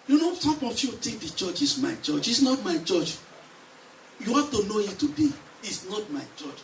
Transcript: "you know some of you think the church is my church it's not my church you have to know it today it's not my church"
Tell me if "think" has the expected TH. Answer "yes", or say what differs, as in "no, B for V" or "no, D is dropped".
no, T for TH